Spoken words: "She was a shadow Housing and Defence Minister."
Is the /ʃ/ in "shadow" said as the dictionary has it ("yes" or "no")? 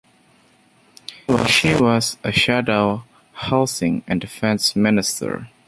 yes